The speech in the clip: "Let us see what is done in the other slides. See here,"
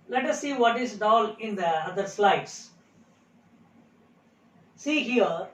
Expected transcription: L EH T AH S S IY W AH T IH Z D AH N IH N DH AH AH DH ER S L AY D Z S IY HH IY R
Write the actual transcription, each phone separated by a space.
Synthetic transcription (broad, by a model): L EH T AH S S IY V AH T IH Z D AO L IH N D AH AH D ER S L AY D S S IY HH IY R